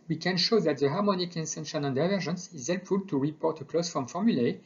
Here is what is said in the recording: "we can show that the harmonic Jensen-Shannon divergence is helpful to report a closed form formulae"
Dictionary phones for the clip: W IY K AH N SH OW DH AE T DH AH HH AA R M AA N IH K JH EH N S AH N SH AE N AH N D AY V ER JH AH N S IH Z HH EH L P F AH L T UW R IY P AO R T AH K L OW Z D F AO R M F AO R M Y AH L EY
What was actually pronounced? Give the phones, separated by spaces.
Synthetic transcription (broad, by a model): W IY K AH N SH OW DH AE T DH AH HH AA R M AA N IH K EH N S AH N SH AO N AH N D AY V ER ZH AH N S IH Z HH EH L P F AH L T UW R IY P AO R T AH K L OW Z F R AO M F AO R M Y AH L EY